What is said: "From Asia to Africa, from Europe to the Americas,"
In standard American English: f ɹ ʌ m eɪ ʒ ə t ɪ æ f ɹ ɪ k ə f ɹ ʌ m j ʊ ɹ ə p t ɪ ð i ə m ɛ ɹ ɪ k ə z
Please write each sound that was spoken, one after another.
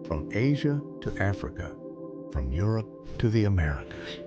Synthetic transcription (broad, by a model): f ɹ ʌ m eɪ ʒ ə t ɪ æ f ɹ ɪ k ə f ɹ ʌ m j ʊ ɹ ə p t ɪ ð i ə m ɛ ɹ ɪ k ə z